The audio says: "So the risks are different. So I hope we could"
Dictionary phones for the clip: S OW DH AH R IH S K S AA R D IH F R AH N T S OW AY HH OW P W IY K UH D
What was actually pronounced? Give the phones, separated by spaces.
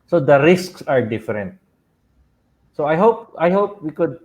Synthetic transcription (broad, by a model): S OW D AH R IH S K S AA R D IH F R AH N T S OW AY HH OW P W IY K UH D